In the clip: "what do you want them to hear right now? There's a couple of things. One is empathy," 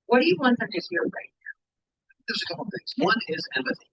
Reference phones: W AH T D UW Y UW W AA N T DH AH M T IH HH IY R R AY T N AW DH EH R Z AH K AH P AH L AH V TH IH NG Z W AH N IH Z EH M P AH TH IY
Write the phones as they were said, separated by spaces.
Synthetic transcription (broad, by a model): W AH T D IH Y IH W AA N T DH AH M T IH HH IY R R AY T N AW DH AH R Z AH K AH P L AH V TH IH NG Z W AH N IH Z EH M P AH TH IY